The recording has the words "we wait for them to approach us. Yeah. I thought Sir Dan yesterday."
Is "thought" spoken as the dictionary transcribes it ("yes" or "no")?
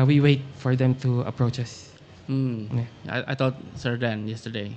no